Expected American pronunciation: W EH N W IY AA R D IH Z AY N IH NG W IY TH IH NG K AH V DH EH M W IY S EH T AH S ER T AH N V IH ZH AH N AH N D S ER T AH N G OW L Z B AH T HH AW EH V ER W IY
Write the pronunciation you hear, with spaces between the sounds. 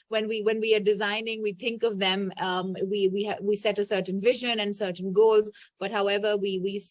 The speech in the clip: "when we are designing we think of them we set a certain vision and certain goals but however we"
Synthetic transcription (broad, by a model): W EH N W IY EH W D IH Z AY N IH NG W IY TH IH NG K AH V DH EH M W IY S EH T AH S ER T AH N V IH ZH AH N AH N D S ER T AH N G OW L Z B AH T HH AW EH V ER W IY